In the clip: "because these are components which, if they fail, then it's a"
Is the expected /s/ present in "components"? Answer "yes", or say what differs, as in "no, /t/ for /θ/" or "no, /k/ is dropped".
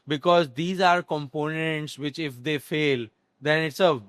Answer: yes